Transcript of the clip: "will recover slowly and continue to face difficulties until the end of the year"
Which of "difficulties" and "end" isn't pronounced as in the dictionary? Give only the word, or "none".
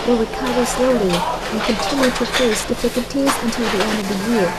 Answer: none